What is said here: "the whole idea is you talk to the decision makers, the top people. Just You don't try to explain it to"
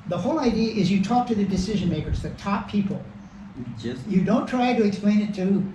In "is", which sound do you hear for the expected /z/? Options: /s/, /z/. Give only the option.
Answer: /z/